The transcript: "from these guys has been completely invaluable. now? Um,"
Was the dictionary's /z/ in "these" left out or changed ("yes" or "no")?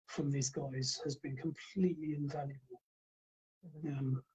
no